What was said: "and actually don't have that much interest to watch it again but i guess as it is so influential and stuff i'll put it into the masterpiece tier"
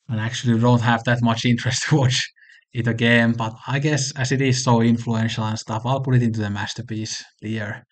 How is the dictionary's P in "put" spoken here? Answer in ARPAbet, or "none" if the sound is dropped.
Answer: P